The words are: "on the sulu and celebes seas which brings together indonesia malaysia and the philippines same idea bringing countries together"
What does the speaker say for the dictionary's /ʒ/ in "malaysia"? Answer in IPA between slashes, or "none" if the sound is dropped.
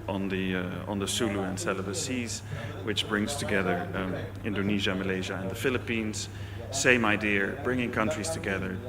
/ʒ/